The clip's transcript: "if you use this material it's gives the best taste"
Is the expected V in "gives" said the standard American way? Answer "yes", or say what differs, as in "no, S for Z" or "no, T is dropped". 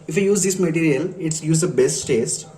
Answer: no, V is dropped